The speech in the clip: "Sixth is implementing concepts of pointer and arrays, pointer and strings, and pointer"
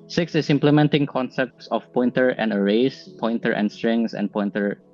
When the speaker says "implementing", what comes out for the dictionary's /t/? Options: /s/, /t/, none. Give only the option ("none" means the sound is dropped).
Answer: /t/